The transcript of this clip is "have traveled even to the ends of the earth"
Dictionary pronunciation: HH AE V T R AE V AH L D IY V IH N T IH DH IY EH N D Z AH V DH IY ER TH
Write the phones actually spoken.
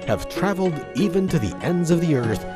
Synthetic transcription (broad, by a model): HH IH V T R AE V L D IY V IH N T IH DH IY EH N D Z AH V DH IY ER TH